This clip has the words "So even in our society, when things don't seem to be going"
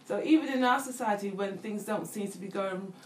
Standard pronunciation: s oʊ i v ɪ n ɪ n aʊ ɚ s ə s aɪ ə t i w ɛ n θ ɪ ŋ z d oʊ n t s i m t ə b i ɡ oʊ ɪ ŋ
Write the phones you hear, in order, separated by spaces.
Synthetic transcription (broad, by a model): s oʊ i v ɪ n ɪ n aʊ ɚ s ə s aɪ ə t i w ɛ n θ ɪ ŋ z d oʊ n t s i m t ə b i ɡ oʊ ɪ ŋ